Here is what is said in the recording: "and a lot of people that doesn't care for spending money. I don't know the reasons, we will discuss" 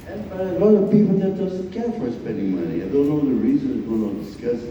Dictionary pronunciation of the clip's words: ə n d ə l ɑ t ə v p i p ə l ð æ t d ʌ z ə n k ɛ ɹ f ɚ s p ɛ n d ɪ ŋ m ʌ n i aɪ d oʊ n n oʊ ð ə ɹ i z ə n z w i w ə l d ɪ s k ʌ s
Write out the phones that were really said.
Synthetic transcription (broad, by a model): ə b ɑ ə l ɑ t ə v p i p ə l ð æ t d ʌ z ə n k ɛ ɹ f ɚ s p ɛ n d ɪ ŋ m ʌ n i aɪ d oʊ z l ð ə ɹ i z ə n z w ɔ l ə n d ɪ s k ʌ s